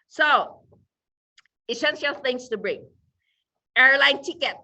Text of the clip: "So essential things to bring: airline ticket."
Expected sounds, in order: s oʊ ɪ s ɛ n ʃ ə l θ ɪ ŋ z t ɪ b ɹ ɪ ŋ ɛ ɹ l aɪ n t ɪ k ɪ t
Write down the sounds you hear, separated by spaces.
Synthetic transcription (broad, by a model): s oʊ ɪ ʃ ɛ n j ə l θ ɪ ŋ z t ɪ b ɹ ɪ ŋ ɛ ɹ l aɪ n t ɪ k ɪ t